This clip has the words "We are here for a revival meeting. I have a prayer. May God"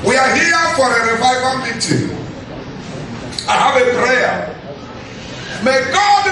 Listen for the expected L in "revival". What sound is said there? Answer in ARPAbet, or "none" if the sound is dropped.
N